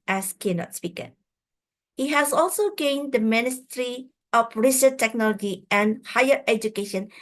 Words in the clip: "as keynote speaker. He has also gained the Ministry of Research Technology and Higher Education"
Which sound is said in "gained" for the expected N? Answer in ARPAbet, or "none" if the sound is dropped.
N